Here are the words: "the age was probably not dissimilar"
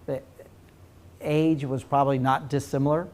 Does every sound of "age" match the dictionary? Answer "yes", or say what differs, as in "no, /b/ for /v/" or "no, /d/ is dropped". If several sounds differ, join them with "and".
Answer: yes